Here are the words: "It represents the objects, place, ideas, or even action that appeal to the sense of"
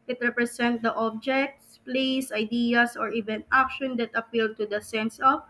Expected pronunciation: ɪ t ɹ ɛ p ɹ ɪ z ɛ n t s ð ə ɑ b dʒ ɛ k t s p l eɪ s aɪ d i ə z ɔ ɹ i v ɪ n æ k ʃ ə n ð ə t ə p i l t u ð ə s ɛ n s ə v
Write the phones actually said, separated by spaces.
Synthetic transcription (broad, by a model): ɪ t ɹ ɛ p ɹ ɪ s ɛ n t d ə ɑ b dʒ ɛ k t s p l eɪ s aɪ d i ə s ɔ ɹ i v ɪ n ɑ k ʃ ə n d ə t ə p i l t u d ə s ɛ n s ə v